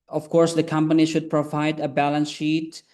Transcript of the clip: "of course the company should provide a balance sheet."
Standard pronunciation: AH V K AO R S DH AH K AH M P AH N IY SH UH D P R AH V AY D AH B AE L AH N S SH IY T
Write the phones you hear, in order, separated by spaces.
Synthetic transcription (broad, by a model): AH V K AO R S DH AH K AH M P AH N IY SH UH D P R AH V AY D AH B AE L AH N S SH IY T